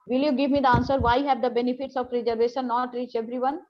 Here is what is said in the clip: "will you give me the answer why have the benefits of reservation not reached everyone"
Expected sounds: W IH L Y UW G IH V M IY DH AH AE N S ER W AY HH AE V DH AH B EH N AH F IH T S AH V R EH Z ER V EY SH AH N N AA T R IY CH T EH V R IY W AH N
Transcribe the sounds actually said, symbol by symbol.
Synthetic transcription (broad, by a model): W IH L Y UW G IH V M IY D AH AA N S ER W AY HH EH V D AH B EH N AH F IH T S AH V R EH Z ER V EY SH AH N N AA T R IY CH EH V R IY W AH N